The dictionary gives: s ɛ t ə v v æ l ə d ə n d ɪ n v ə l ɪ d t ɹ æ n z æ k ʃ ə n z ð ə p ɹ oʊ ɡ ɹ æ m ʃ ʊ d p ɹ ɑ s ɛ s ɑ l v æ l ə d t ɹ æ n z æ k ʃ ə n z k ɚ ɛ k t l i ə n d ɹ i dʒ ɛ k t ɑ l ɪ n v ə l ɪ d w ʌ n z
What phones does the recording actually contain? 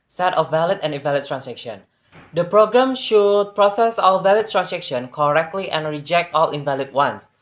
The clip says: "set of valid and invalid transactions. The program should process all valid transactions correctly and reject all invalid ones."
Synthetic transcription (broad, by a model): s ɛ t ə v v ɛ l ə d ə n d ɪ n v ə l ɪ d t ɹ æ n s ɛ k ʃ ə n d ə p ɹ oʊ ɡ ɹ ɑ m ʃ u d p ɹ ɑ s ɛ s ɑ l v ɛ l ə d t ɹ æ n s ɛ k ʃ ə n k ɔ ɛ k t l i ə n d ɹ i dʒ ɛ k t ɑ l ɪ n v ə l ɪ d w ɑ n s